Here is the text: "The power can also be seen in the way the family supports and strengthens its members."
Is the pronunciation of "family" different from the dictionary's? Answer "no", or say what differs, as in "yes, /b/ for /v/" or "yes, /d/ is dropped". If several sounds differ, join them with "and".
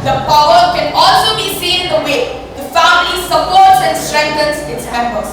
no